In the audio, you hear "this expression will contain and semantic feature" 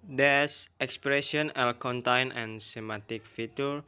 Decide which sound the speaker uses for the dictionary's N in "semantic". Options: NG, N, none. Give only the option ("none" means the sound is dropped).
none